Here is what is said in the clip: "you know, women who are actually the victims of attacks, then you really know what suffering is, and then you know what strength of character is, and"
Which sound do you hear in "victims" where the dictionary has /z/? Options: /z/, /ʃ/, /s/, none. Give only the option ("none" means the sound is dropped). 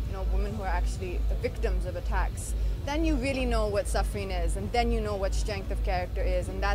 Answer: /z/